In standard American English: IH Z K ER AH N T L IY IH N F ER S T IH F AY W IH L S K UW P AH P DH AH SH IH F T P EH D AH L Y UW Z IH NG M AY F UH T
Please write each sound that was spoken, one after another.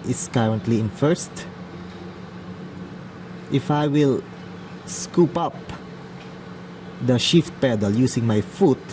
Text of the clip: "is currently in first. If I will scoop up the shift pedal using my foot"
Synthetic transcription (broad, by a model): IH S K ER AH N T L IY IH N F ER S T IH F AY W IH L S K UW P AH P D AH SH IH F T P EH D AH L Y UW S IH NG M AY F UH T